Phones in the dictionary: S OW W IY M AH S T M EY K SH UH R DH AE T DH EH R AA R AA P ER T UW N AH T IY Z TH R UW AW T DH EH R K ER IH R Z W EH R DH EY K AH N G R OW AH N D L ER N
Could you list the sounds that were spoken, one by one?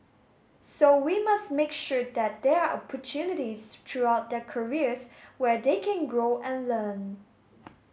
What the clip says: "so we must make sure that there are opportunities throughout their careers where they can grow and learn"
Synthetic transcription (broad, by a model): S OW W IY M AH S T M EY K SH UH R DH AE T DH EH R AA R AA P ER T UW N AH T IY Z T R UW AW T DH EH K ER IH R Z W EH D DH EY K AH N G R OW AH N L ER N